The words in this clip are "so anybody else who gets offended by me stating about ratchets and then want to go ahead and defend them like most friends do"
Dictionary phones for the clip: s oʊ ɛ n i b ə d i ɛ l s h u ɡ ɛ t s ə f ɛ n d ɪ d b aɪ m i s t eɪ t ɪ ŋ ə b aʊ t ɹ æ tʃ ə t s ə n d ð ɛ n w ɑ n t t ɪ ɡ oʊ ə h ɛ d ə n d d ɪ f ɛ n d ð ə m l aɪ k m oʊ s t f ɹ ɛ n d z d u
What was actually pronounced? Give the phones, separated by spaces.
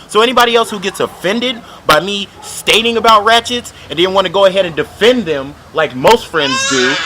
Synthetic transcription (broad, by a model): s oʊ ɛ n i b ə d i ɛ l s h u ɡ ɛ t s ə f ɛ n d ɪ d b aɪ m i s t eɪ t ɪ ŋ ə b aʊ t ɹ æ tʃ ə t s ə n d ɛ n w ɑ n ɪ ɡ oʊ ə h ɛ d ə n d d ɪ f ɛ n ð ə m l aɪ k m oʊ s t f ɹ ɛ n d z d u